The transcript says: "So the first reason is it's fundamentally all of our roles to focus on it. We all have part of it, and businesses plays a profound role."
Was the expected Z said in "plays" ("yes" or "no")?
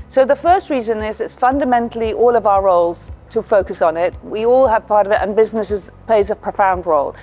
yes